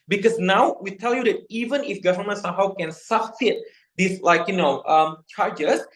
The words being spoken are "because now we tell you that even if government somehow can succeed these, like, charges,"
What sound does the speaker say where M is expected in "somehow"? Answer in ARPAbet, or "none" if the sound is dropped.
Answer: M